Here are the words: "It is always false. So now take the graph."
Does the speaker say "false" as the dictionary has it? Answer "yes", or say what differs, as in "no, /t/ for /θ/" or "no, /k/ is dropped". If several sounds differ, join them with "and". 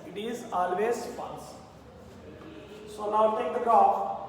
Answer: no, /n/ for /l/